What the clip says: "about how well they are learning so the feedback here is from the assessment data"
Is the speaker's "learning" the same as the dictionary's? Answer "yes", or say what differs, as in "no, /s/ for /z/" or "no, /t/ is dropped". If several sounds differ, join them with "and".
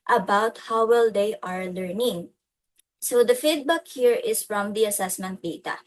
yes